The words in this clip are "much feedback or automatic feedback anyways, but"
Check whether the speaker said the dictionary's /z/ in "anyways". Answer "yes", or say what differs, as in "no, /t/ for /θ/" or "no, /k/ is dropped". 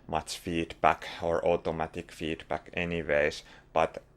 no, /s/ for /z/